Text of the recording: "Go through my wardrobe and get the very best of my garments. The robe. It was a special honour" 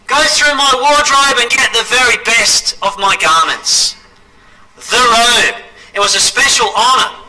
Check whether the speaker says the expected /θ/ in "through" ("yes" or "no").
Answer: yes